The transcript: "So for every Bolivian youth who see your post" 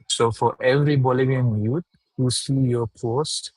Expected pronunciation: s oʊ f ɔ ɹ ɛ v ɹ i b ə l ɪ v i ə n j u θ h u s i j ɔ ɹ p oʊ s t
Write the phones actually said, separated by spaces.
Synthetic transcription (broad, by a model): s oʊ f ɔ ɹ ɛ v ɹ i b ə l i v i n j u t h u s i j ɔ p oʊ s t